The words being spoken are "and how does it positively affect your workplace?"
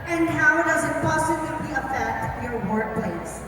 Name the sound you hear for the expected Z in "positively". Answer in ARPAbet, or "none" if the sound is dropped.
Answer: S